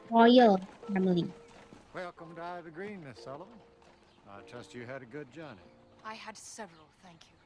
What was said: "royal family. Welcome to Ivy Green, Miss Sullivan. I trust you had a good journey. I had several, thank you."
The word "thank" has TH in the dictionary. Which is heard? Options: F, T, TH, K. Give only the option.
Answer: TH